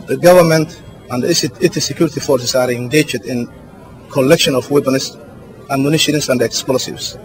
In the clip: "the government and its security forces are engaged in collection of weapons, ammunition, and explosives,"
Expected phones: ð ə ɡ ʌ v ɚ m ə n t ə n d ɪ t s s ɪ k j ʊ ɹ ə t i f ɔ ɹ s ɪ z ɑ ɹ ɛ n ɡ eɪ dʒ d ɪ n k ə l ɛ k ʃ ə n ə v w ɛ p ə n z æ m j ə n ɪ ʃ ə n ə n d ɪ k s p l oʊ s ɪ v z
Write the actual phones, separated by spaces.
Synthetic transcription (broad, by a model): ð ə ɡ ʌ v ɚ m ə n t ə n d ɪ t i s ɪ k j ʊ ɹ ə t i f ɔ ɹ s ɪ s ɑ ɹ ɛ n ɡ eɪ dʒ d ɪ n k ə l ɛ k ʃ ə n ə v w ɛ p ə n s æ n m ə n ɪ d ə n ə n d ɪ k s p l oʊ s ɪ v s